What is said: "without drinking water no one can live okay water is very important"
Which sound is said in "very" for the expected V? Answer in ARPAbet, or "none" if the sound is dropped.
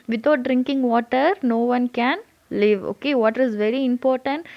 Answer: V